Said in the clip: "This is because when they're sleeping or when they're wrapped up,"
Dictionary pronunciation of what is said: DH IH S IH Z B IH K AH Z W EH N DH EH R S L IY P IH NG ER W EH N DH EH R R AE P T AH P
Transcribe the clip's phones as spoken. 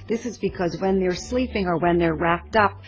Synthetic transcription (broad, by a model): DH IH S IH Z B IH K AH Z W EH N DH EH R S L IY P IH NG ER W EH N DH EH R R AE P T AH P